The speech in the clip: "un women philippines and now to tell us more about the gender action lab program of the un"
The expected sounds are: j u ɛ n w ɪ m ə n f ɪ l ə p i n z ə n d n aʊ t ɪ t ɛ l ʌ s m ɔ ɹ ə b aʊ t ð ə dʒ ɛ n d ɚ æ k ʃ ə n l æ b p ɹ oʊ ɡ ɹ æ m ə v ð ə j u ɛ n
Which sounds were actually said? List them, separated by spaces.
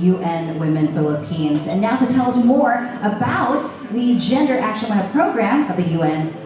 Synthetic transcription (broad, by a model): j u ɛ n w ɪ m ə n f ɪ l ə p i n z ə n n aʊ t ɪ t ɛ l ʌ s m ɔ ɹ ə b aʊ t ð ə dʒ ɛ n d ɚ æ k ʃ ə n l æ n p ɹ oʊ ɡ ɹ æ m ə v ð ə j u ɛ n